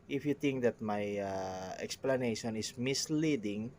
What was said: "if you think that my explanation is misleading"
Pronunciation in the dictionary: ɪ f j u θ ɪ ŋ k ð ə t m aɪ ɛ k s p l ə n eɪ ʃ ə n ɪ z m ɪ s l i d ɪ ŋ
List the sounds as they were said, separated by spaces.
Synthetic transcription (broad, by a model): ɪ f j u t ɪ ŋ k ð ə t m aɪ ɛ k s p l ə n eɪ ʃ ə n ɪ s m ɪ s l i d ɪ ŋ